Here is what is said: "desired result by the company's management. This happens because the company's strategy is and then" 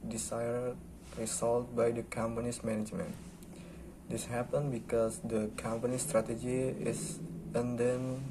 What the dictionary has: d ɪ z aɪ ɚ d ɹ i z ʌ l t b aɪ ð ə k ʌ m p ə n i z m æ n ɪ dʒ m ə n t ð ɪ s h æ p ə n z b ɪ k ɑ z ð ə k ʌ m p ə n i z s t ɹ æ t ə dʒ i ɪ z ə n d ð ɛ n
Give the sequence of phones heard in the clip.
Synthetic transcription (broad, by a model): d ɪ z aɪ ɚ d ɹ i s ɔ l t b aɪ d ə k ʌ m p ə n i s m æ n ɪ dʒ m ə n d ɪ s h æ p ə n b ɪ k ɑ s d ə k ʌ m p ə n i s t ɹ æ t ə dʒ i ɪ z ə n d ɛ n